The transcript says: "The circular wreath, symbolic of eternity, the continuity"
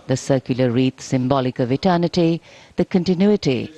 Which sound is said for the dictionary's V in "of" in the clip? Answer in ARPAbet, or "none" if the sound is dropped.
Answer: V